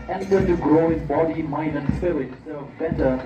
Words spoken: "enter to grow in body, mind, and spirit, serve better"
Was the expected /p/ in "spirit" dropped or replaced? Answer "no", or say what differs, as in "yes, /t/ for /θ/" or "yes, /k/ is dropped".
yes, /f/ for /p/